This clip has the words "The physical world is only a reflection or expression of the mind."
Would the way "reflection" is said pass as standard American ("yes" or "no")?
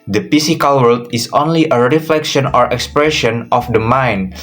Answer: yes